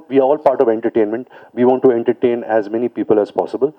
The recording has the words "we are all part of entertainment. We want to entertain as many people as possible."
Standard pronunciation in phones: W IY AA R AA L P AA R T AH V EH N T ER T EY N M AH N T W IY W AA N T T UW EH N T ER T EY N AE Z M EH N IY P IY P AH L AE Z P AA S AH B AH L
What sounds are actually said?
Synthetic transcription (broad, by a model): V IY AA R AA L P AA R T AH V EH N T ER T EY N M AH N T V IY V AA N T T UW EH N T ER T EY N AE Z M EH N IY P IY P AH L AE Z P AA S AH B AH L